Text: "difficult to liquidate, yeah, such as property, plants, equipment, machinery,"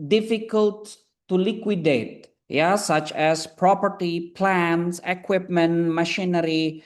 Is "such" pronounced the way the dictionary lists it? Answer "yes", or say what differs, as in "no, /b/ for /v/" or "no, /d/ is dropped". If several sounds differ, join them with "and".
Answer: yes